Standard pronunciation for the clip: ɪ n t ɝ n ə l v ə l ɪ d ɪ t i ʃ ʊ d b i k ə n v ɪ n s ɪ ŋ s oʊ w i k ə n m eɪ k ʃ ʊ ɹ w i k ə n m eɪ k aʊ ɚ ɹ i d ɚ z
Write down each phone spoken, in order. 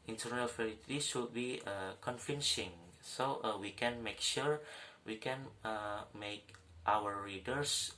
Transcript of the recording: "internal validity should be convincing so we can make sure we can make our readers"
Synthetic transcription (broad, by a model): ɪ n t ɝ n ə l f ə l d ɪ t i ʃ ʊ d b i k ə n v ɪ n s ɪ ŋ s oʊ w i k ə n m eɪ k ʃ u ɹ w i k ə n m eɪ k aʊ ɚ ɹ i d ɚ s